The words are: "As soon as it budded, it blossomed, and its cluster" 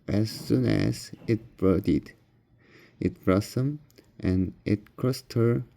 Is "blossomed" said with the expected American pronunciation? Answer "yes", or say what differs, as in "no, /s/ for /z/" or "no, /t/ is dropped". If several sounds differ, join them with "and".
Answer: no, /l/ is dropped